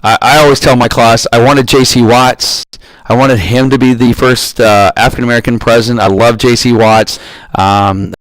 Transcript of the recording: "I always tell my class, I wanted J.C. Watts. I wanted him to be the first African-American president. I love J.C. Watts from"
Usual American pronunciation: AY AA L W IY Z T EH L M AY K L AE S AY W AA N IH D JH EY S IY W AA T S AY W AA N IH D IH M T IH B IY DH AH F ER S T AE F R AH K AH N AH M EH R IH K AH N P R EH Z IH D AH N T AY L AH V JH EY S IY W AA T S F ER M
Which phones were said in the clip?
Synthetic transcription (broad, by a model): AY AA L W IY Z T EH L M AY K L AE S AY W AA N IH D JH EY S IY W AA T S AY W AA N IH D IH M T IH B IY DH AH F ER S T AE F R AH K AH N AH M EH R IH K AH N P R EH Z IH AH N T AY L AH V JH EY S IY W AA T S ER M